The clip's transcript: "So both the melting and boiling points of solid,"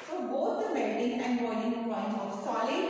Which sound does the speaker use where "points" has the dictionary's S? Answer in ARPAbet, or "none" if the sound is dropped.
none